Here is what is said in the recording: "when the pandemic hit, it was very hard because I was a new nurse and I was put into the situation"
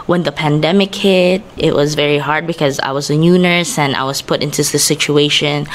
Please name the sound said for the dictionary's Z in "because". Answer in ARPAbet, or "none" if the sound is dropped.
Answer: Z